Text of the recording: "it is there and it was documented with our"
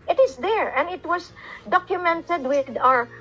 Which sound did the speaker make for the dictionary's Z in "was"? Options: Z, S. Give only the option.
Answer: S